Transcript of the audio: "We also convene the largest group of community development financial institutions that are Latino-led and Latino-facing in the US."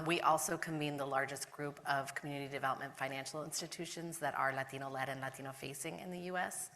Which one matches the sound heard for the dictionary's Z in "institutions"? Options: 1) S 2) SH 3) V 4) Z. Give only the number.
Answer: 4